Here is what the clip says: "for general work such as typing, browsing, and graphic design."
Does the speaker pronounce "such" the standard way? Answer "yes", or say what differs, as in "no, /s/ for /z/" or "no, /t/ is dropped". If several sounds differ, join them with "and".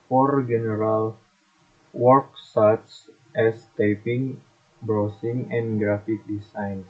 no, /s/ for /tʃ/